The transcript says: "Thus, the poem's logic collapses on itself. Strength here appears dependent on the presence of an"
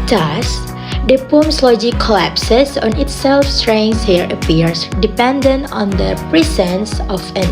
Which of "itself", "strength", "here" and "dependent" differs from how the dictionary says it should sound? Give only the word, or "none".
strength